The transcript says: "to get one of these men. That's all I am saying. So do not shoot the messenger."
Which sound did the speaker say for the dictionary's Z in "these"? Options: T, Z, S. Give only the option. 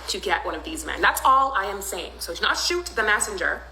Z